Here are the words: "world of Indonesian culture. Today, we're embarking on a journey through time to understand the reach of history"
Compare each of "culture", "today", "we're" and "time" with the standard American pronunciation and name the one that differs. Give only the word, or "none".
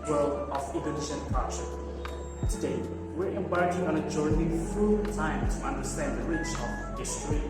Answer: culture